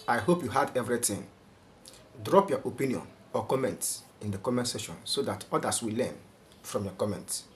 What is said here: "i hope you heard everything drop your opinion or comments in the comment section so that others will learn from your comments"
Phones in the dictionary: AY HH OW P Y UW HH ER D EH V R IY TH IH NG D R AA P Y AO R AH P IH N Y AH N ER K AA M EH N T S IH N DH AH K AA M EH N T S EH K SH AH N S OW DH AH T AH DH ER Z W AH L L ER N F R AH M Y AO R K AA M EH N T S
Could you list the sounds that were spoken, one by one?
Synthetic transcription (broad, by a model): AY HH OW P Y UW HH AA D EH V R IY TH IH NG D R AA P Y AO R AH P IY N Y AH N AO K AA M EH N T S IH N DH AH K AA M EH N T S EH SH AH N S OW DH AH T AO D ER S W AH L L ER N F R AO M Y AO K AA M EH N T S